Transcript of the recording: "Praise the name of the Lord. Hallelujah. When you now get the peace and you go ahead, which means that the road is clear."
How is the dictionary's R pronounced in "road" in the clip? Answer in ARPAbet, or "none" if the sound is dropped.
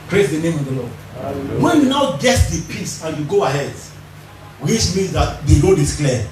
L